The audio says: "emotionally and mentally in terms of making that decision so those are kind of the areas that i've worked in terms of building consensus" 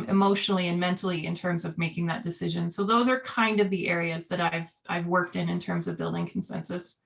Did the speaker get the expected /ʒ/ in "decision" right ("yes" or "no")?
yes